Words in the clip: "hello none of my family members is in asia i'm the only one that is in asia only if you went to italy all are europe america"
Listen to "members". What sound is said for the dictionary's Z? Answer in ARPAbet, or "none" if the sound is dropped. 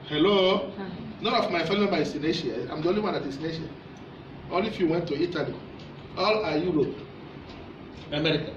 none